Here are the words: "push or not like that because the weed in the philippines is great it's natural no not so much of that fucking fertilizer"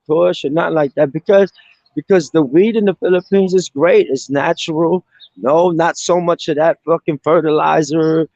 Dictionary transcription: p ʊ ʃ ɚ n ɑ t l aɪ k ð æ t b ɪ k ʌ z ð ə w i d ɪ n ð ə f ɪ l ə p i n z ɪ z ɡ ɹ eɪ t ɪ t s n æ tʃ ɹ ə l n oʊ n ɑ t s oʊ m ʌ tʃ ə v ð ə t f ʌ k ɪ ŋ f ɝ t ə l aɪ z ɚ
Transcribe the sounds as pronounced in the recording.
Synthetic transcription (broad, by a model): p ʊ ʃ ɚ n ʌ t l aɪ k ð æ t b ɪ k ʌ z ð ə w i d ɪ n ð ə f ɪ l ə p i n z ɪ z ɡ ɹ eɪ t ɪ t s n æ tʃ ɹ l n oʊ n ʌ t s oʊ m ʌ tʃ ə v ð ə t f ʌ k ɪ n f ɝ t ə l aɪ z ɚ